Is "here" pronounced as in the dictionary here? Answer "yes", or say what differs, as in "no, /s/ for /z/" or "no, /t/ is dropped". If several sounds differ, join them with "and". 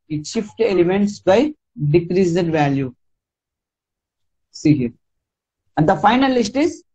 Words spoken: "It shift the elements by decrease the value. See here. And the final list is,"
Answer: yes